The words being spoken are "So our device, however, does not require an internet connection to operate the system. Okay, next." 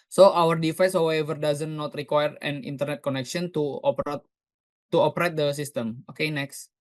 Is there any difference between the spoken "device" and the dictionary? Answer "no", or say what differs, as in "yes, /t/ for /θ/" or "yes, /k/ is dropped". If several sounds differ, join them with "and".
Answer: yes, /f/ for /v/